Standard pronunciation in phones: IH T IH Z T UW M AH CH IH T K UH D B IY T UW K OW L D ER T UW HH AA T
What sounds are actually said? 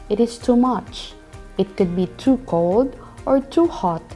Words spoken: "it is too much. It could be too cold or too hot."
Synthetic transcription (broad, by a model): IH T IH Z T UW M AH CH IH T K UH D B IY T UW K OW L D ER T UW HH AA T